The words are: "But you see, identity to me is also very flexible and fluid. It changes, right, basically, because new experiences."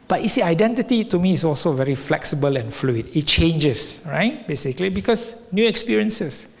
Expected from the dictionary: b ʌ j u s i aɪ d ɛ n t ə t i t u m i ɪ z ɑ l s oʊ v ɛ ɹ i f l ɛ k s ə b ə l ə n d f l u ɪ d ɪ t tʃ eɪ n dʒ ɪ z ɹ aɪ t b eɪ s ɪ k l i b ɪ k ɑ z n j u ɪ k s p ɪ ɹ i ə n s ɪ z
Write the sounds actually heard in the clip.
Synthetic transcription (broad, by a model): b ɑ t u s i aɪ d ɛ n t ə t i t u m i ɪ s ɑ l s oʊ v ɛ ɹ i f l ɛ k s ə b ə l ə n f l u ɪ d ɪ t tʃ eɪ n dʒ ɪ s ɹ aɪ t b eɪ s ɪ k l i b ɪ k ɑ s n j u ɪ k s p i ɹ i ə n s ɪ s